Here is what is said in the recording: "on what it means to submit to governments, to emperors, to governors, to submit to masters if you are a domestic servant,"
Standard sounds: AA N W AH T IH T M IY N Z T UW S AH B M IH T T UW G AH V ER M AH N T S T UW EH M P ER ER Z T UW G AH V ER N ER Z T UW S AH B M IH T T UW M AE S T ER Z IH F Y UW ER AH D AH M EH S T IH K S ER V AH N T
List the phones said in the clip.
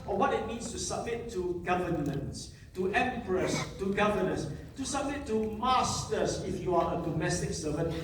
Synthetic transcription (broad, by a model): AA W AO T IH T M IY N S T UW S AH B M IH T T UW G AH V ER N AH N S T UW EH M P ER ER S T UW G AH V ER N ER S T UW S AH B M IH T T UW M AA S T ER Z IH F Y UW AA AH D AH M EH S T IH K S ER V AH N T